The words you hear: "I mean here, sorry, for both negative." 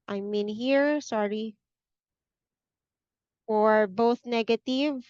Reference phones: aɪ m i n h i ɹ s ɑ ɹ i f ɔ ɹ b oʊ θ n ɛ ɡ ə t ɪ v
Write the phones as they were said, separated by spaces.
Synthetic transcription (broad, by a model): aɪ m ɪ n h i ɹ s ɑ ɹ i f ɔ ɹ b oʊ θ n ɛ ɡ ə t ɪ v